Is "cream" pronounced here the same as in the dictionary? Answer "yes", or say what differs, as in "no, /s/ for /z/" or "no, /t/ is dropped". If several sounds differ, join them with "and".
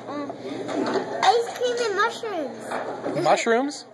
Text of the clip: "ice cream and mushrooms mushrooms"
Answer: no, /ɹ/ is dropped